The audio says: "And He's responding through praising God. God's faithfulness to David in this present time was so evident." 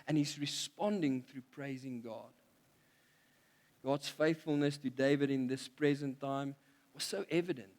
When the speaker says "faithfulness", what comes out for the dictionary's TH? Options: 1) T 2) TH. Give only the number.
2